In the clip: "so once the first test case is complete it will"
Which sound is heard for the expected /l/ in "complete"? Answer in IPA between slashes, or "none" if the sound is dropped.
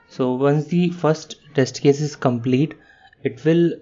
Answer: /l/